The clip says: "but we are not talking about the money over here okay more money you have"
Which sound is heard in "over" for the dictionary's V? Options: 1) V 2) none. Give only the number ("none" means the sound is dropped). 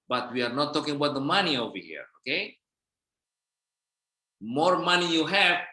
1